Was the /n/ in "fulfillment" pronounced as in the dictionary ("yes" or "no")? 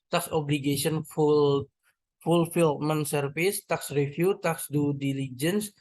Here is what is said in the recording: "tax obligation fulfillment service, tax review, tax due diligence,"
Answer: no